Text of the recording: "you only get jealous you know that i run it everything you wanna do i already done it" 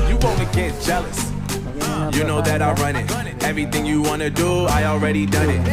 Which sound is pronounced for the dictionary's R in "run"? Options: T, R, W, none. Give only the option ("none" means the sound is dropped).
R